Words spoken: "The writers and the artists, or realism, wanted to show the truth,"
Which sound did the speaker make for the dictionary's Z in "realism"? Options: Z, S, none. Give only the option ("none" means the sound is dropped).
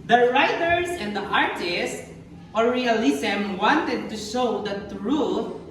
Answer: S